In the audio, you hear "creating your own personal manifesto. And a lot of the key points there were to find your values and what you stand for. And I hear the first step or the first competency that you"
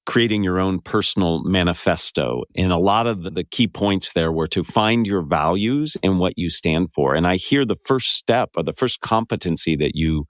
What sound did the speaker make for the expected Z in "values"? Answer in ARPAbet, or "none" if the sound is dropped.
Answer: Z